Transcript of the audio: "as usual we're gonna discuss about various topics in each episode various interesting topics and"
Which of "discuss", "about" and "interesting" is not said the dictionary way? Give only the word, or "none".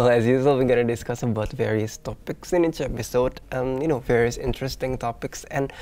none